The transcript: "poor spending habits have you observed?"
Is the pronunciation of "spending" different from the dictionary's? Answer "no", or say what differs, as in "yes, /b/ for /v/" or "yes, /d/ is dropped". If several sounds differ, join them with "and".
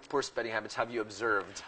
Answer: yes, /n/ is dropped